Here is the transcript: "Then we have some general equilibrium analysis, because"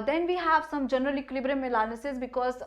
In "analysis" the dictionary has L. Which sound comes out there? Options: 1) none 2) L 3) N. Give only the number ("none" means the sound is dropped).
3